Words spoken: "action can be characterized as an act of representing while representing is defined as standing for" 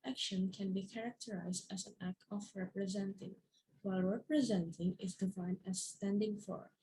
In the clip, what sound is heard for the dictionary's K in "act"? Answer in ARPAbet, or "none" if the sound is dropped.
K